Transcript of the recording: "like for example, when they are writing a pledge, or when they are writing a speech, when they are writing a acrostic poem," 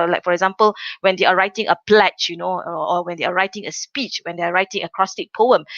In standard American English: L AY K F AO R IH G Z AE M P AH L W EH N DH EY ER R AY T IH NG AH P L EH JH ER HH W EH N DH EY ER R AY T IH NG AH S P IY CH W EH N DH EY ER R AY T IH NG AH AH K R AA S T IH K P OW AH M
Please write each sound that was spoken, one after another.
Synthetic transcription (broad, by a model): L AY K F AO R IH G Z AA M P AH L W EH N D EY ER R AY T IH NG AH P L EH CH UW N W EH N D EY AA R AY T IH NG AH S P IY CH W EH N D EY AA R AY T IH NG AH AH K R AA S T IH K P OW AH M